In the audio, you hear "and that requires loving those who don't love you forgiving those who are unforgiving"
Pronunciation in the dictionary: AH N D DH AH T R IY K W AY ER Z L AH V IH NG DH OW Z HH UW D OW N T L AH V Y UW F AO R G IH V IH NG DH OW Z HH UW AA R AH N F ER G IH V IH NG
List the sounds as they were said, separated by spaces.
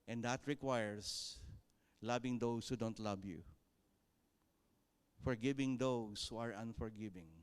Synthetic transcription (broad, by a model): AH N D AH T R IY K W AY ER S L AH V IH NG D OW S HH UW D OW N T L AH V Y UW F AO R G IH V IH NG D OW S HH UW AA R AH N F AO G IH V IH NG